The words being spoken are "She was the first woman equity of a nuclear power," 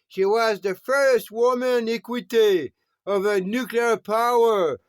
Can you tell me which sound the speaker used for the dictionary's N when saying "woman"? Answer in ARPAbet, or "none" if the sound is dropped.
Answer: N